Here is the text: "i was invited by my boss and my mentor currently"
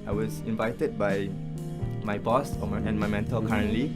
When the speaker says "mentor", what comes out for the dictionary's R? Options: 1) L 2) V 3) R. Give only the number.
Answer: 1